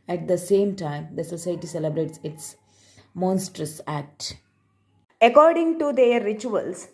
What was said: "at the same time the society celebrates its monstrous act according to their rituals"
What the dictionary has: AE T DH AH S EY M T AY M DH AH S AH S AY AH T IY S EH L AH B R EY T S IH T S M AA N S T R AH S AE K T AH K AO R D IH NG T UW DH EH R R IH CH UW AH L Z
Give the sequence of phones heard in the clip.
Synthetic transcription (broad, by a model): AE T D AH S EY M T AY M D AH S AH S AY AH T IY S EH L AH B R EY T S IH T S M AA N S T R AH S AE K T AH K AO R D IH NG T UW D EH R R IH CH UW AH L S